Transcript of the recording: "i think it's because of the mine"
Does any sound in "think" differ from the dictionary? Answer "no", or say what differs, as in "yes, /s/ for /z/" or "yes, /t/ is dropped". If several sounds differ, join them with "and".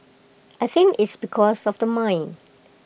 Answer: yes, /k/ is dropped